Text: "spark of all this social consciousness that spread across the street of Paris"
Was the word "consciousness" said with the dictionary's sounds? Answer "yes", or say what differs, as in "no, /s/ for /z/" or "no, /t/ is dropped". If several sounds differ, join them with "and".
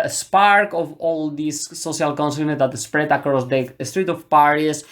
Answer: no, /s/ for /ʃ/ and /s/ is dropped